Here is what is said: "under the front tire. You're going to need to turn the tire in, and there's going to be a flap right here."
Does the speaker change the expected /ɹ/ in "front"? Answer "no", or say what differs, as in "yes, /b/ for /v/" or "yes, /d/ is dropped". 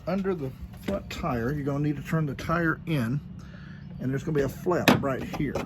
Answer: yes, /l/ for /ɹ/